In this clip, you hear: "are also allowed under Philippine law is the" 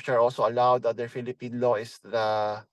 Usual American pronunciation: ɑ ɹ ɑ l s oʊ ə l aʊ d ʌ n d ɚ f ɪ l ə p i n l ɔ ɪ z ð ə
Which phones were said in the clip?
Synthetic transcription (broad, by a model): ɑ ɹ ɑ l s oʊ ə l aʊ d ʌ d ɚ f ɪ l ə p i n l ɔ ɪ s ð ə